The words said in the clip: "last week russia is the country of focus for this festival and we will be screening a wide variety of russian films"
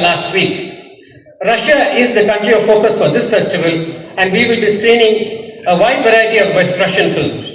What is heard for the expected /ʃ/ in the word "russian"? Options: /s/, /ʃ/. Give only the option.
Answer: /ʃ/